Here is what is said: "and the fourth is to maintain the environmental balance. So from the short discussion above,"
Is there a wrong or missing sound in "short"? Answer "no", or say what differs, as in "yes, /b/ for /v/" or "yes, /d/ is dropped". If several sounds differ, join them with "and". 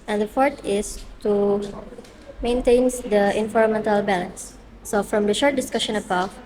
no